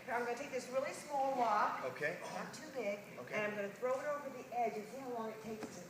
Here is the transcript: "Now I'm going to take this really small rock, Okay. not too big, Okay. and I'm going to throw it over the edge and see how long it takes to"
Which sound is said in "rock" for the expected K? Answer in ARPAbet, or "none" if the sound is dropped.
none